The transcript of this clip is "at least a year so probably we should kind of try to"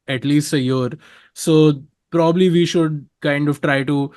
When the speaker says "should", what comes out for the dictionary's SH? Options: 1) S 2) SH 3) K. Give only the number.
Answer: 2